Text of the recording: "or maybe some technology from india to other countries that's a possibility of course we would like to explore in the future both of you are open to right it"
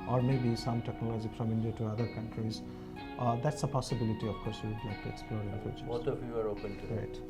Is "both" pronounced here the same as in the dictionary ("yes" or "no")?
no